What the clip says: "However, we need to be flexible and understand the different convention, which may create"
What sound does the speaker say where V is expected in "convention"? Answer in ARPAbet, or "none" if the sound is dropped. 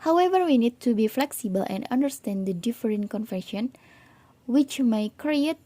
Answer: F